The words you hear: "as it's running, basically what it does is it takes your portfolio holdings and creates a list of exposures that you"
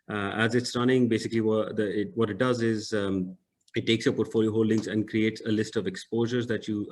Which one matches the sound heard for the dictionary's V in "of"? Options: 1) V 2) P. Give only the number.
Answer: 1